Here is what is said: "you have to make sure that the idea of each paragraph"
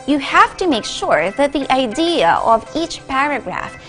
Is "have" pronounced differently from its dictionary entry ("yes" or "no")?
yes